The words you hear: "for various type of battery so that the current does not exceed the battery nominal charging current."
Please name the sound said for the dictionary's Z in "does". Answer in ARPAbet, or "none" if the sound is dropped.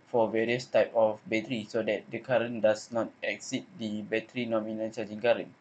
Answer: S